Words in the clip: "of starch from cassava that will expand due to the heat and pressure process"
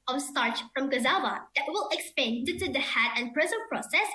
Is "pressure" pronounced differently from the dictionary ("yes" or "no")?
yes